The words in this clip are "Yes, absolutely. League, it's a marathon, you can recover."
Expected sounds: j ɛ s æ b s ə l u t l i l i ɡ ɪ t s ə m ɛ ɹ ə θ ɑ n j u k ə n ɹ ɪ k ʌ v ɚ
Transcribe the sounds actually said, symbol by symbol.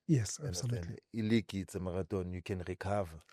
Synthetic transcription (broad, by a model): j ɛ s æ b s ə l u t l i l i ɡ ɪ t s ə m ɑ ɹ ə t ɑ n j u k ə n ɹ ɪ k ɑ v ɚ